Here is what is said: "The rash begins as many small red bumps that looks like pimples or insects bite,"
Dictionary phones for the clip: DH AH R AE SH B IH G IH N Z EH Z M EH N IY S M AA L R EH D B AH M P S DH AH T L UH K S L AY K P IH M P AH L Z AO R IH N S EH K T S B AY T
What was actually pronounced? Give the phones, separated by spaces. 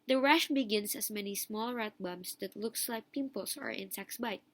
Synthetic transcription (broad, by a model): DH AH R AE SH B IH G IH N S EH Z M EH N IY S M AA L R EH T B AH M S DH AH T L UH K S L AY K P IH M P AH L S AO R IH N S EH K S B AY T